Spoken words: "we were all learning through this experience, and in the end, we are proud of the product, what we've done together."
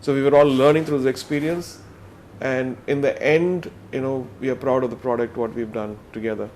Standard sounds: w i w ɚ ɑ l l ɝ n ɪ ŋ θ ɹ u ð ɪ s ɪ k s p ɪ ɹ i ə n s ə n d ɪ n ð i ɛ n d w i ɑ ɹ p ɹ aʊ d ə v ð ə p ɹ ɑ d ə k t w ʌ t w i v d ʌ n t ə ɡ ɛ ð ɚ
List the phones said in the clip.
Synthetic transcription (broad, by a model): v i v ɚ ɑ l l ɝ n ɪ ŋ t ɹ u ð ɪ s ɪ k s p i ɹ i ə n s ə n d ɪ n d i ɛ n d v i ɑ ɹ p ɹ aʊ d ə v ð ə p ɹ ɑ d ə k t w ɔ t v i v d ʌ n t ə ɡ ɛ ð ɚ